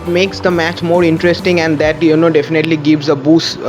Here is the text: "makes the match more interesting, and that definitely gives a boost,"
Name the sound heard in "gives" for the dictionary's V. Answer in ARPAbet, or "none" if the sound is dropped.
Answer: V